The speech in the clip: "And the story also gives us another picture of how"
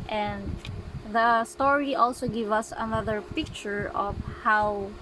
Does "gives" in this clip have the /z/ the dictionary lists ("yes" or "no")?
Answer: no